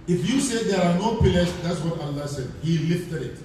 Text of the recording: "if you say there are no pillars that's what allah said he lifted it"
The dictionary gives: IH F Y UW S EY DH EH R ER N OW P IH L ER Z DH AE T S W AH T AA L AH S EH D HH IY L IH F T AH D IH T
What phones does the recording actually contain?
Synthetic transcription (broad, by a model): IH F Y UW S EY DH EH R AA N OW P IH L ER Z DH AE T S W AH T AA L AH S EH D HH IY L IH F T AH D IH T